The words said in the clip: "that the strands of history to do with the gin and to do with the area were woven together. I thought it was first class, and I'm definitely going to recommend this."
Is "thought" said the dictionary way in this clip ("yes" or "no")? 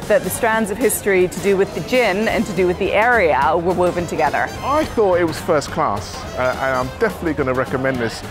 yes